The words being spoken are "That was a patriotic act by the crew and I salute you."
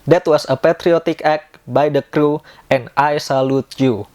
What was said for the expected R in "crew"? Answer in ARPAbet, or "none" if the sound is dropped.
R